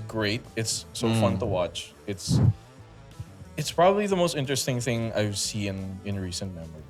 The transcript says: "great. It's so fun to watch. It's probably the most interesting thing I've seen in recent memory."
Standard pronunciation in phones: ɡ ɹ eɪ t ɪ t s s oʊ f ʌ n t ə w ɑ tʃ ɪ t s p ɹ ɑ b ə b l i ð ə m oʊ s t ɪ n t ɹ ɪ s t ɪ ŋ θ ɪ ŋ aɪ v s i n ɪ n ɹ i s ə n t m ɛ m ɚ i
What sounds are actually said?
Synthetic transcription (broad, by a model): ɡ ɹ eɪ t ɪ t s s oʊ f ʌ n t ə w ɑ tʃ ɪ t s p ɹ ɑ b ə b l i ð ə m oʊ s t ɪ n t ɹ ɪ s t ɪ ŋ θ ɪ ŋ aɪ v s i n ɪ n ɹ i s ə n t m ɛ m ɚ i